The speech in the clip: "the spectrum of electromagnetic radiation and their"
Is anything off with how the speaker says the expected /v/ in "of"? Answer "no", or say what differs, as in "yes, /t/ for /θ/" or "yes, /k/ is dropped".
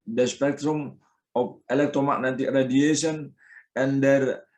yes, /p/ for /v/